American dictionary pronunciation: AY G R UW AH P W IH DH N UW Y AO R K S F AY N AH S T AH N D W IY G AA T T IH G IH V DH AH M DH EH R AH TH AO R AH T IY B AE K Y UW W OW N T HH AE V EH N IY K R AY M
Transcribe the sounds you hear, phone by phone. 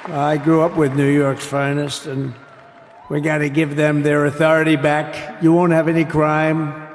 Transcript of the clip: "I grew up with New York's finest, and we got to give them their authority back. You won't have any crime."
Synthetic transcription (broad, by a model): AY G R UW AH P W IH DH N UW Y AO R K S F AY N AH S T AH N W IY G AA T T IH G IH V DH AH M DH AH R AH TH AO R AH T IY B AE K Y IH W OW N T HH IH V EH N IY K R AY M